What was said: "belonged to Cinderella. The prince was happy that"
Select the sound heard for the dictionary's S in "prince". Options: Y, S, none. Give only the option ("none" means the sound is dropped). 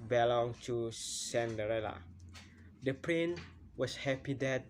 none